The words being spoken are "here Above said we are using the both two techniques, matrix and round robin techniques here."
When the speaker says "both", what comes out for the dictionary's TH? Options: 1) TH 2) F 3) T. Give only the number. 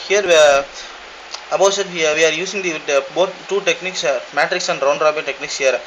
3